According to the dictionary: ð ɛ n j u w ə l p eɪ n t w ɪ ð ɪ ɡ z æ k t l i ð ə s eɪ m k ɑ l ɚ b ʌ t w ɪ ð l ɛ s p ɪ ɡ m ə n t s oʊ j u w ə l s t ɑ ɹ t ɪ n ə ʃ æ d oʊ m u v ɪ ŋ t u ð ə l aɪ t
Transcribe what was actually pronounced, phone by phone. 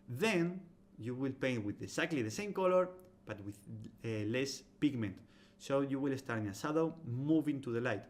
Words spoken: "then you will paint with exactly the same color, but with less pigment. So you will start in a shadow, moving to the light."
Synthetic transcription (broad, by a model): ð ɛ n j u w ə l p eɪ n t w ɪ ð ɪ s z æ k t l i ð ə s eɪ m k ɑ l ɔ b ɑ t w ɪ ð l ɛ s p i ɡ m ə n t s oʊ j u w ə l s t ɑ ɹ t ɪ n ə s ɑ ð oʊ m u v ɪ ŋ t u ð ə l aɪ t